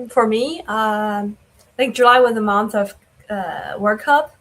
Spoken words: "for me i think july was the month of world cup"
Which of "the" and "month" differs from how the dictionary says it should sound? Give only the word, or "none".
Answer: none